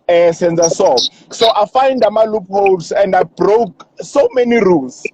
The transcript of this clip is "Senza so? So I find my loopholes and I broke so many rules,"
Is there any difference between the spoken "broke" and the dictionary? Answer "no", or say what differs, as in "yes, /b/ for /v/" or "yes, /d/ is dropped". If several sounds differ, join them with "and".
no